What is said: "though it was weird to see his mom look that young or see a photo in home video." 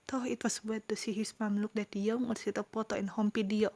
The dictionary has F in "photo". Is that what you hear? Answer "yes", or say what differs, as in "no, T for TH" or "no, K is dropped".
no, P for F